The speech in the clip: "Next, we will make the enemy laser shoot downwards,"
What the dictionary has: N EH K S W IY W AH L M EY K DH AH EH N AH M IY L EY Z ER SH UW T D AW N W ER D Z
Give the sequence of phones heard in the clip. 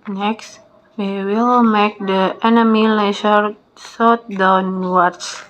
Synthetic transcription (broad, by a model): N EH K S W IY W AH L M EY K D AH EH N AH M IY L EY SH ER S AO T D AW N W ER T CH